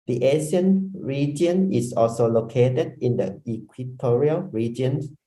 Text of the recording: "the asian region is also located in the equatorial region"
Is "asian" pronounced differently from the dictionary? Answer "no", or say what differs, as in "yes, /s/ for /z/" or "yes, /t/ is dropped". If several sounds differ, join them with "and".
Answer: yes, /s/ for /ʒ/